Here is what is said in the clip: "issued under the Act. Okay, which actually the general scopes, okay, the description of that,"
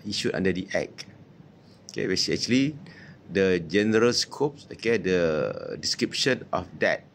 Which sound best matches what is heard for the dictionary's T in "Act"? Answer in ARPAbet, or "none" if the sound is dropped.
none